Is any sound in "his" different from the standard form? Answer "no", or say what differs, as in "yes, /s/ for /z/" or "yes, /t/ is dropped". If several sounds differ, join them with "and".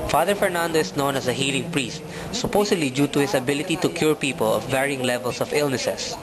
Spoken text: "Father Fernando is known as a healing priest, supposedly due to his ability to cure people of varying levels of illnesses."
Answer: yes, /s/ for /z/